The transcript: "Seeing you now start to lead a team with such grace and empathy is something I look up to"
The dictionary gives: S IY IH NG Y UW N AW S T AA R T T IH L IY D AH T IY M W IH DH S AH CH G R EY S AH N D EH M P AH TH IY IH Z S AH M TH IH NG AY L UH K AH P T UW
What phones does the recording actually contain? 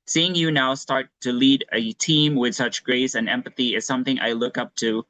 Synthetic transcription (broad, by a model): S IY IH NG Y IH N AW S T AA R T T IH L IY D AH T IY M W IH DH S AH CH G R EY S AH N EH M P AH TH IY IH Z S AH M TH IH NG AY L UH K AH P T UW